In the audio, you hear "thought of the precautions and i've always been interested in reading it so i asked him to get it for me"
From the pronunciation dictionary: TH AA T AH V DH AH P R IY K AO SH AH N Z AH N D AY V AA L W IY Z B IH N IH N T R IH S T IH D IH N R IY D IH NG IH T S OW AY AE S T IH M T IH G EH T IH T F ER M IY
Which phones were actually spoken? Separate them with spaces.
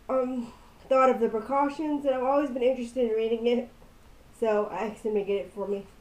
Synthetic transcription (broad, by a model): TH AA T AH V DH AH P R IY K AO SH AH N Z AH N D AY V AA L W IY Z B IH N IH N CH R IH S T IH D IH N R IY D IH NG IH T S OW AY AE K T IH M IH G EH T IH T F ER M IY